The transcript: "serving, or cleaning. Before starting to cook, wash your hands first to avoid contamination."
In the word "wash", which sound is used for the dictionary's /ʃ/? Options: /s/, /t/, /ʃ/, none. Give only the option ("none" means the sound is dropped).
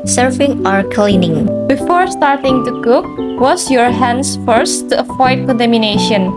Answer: /s/